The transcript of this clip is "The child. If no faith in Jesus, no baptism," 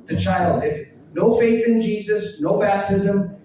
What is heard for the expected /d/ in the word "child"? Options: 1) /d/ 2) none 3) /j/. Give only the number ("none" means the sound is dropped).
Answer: 1